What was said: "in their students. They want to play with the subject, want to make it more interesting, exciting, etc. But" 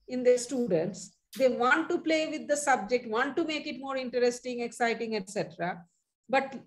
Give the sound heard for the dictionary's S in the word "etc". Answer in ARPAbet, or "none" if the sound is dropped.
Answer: S